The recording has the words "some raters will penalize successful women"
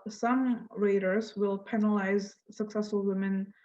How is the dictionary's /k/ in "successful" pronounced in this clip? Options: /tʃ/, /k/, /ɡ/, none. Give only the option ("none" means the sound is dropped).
/k/